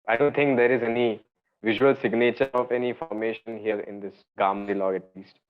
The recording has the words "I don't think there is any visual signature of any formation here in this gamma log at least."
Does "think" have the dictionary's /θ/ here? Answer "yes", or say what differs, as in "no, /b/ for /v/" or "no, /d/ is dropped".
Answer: no, /t/ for /θ/